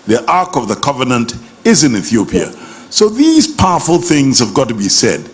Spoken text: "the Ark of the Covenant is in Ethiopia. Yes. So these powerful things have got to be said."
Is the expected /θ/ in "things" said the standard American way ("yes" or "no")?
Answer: yes